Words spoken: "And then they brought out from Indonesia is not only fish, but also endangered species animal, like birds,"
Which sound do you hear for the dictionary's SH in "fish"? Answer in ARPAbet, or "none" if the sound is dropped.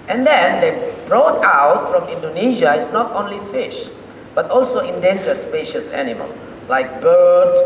SH